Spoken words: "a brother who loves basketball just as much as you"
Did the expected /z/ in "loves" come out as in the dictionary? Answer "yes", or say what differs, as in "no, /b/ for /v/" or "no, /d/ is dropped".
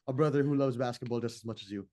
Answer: yes